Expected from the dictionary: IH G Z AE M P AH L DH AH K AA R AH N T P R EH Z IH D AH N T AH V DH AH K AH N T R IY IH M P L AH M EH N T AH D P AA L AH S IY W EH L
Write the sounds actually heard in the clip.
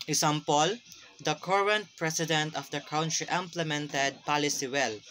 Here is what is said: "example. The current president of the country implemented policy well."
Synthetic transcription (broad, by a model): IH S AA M P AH L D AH K AA R AH N T P R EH S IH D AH N T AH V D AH K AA N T R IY IH M P L AH M EH N T AH D P AA L AH S IY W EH L